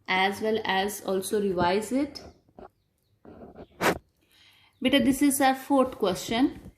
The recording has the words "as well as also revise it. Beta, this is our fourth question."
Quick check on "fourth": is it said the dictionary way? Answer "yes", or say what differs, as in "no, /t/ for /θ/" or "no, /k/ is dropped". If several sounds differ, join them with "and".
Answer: no, /t/ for /θ/